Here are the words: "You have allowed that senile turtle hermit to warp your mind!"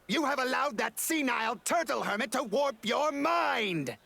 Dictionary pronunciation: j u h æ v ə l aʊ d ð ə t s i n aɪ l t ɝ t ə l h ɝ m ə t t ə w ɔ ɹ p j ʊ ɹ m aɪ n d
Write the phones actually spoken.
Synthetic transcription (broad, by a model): j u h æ v ə l aʊ d ð ə t s i n aɪ l t ɝ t l h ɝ m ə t t ə w ɔ ɹ p j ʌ ɹ m aɪ n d